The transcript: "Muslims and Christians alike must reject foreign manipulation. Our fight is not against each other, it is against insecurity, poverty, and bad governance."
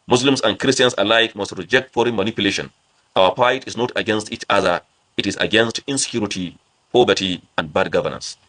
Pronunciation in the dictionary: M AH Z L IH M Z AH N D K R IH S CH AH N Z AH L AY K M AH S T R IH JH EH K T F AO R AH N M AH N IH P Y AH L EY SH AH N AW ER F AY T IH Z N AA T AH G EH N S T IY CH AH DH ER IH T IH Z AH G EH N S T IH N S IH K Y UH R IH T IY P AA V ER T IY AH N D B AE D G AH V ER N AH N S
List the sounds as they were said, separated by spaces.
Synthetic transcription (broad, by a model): M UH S L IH M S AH N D K R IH S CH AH N S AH L AY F M AH S T R IH JH EH K T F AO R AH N M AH N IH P Y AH L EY SH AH N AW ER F AY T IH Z N AA T AH G EH N S T IY CH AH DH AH IH T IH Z AH G EH N S T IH N S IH K Y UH R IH T IY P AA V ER T IY AH N D B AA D G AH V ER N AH N S